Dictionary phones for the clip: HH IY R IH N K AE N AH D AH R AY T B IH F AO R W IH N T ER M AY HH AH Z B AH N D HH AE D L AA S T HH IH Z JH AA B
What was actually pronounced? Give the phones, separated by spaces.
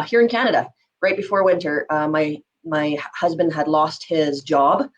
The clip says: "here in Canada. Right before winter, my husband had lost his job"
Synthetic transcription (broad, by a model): HH IY R IH N K AE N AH D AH R AY T B IH F AO R W IH N T ER M AY HH AH Z B AH N D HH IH D L AA S T HH IH Z JH AA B